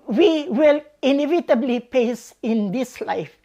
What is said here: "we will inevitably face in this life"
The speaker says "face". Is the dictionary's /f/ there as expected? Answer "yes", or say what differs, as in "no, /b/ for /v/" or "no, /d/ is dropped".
no, /p/ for /f/